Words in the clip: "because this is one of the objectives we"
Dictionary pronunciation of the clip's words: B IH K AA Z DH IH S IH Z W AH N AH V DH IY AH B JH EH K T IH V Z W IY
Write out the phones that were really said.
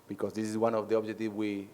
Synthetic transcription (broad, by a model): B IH K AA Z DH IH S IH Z W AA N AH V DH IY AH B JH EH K T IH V W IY